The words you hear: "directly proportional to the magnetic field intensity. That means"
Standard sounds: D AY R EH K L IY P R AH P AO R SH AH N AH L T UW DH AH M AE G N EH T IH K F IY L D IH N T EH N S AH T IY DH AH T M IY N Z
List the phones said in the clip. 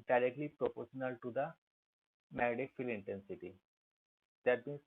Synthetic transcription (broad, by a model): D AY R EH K L IY P R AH P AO R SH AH N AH L T UW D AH M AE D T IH K F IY L IH N T EH N S AH T IY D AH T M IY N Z